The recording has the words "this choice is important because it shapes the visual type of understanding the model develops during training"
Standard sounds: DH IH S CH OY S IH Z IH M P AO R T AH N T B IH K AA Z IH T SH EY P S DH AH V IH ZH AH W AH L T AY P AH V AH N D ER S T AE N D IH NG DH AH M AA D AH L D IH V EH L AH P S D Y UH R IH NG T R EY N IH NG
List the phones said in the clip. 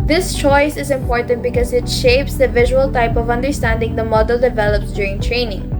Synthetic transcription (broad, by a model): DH IH S CH OY S IH Z IH M P AO R T AH N T B IH K AA Z IH T SH EY P S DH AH V IH ZH AH W AH L T AY P AH V AH N D ER S T AE N D IH NG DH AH M AA D AH L D IH V EH L AH P S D Y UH R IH NG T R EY N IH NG